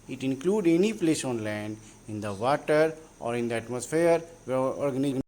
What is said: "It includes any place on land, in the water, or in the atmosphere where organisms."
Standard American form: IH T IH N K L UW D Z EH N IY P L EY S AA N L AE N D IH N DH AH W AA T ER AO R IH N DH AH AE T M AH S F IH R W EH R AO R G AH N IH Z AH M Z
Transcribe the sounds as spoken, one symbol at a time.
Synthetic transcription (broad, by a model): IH T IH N K L UW D EH N IY P L EY S AA N L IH N D IH N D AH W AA T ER AO R IH N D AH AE T M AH S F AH R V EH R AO R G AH N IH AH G